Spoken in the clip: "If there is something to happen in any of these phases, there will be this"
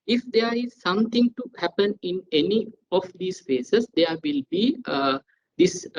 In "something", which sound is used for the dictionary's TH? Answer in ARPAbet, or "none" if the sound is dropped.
T